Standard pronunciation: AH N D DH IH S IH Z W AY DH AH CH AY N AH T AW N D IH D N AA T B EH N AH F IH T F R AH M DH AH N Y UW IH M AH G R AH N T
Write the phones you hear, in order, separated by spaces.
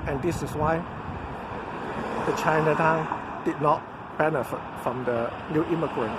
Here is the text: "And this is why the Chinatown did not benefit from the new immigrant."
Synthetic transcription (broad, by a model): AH N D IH S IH S W AY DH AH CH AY N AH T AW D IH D N AA T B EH N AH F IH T F R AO M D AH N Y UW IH M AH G R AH N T